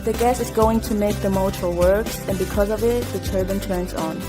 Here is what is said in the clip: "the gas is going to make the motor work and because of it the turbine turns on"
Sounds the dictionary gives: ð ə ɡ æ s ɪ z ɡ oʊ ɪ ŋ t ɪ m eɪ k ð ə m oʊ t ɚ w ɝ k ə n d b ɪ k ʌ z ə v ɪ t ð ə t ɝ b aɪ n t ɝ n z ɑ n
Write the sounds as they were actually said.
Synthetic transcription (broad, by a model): ð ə ɡ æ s ɪ z ɡ oʊ ɪ ŋ t ɪ m eɪ k ð ə m oʊ t ɚ w ɝ k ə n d b ɪ k ʌ z ə v ɪ t ð ə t ɝ b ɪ n t ɝ n z n